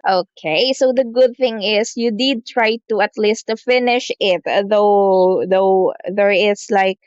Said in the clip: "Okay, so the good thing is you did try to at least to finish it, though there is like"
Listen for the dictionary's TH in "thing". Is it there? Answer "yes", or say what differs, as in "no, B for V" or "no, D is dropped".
yes